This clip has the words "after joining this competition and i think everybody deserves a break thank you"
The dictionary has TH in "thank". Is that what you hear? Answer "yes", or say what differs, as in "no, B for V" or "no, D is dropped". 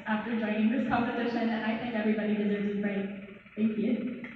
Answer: yes